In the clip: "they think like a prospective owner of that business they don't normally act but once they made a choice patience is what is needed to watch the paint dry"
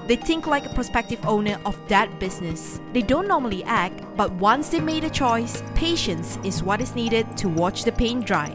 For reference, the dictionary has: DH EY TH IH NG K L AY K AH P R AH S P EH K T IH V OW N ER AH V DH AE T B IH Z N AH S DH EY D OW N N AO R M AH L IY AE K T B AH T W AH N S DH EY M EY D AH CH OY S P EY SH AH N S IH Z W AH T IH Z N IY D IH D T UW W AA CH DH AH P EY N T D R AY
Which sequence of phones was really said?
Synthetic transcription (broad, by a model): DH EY TH IH NG K L AY K AH P AH S P EH K T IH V OW N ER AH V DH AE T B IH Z N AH S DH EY D OW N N AO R M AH L IY AE K T B AH T W AH N S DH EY M EY D AH CH OY S P EY SH AH N S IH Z W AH T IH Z N IY D IH D T UW W AA CH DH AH P EY N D R AY